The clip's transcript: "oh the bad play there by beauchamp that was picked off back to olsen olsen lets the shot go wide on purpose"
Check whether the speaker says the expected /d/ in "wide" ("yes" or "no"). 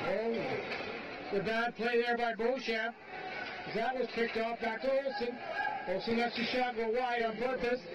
no